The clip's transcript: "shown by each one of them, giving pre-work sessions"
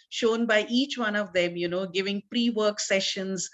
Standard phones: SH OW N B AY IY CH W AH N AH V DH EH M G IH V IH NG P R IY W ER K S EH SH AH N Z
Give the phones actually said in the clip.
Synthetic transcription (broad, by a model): SH OW N B AY IY CH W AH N AH V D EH M G IH V IH NG P R IY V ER K S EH SH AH N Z